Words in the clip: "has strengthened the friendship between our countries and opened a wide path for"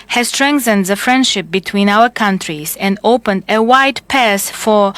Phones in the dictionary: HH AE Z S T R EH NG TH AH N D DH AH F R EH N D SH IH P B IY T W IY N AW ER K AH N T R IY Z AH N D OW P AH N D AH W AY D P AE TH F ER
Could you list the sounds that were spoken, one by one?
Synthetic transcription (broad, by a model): HH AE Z S T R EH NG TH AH N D DH AH F R EH N D SH IH P B IY T W IY N AW ER K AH N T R IY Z AH N D OW P AH N D AH W AY D P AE S F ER